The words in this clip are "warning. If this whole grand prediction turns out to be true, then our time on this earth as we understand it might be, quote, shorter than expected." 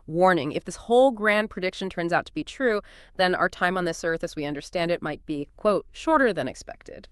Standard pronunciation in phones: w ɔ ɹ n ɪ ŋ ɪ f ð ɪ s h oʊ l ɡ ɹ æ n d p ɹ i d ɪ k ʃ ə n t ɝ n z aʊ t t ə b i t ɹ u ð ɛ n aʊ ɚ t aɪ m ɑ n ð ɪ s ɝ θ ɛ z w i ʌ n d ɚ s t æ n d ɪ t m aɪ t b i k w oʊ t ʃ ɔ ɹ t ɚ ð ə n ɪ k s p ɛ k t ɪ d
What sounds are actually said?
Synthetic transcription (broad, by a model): w ɔ ɹ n ɪ ŋ ɪ f ð ɪ s h oʊ l ɡ ɹ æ n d p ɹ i d ɪ k ʃ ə n t ɝ n z aʊ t t ə b i t ɹ u ð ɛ n aʊ ɚ t aɪ m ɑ n ð ɪ s ɝ θ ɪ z w i ʌ n d ɚ s t æ n d ɪ t m aɪ t b i k w oʊ t ʃ ɔ ɹ t ɚ ð ə n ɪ k s p ɛ k t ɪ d